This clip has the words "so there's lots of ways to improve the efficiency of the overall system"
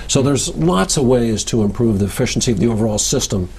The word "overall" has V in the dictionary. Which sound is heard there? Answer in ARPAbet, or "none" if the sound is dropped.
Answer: V